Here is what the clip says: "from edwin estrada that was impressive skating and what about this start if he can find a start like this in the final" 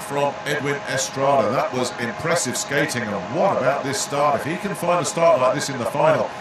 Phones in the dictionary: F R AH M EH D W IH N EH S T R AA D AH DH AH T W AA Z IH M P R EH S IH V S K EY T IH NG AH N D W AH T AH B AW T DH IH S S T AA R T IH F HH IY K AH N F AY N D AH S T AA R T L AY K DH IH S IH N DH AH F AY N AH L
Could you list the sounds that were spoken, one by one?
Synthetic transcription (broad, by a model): F R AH M EH D W IH N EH S T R AA D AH DH AH T W AA Z IH M P R EH S IH V S K EY T IH NG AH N W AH T AH B AW T DH IH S S T AA R T IH F HH IY K AH N F AY N D AH S T AA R T L AY K DH IH S IH N DH AH F AY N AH L